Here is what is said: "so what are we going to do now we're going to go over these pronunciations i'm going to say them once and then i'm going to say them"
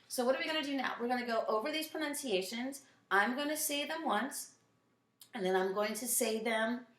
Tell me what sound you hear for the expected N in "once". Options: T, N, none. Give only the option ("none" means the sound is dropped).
N